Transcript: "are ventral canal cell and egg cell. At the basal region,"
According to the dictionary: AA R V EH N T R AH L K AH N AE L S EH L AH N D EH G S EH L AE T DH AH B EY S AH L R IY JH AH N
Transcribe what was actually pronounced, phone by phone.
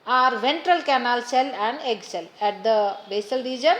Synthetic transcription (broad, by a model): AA R V EH N T R AH L K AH N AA L S EH L AH N D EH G S EH L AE T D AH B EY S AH L R IY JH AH N